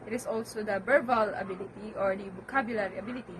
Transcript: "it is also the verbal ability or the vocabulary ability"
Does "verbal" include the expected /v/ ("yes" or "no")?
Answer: no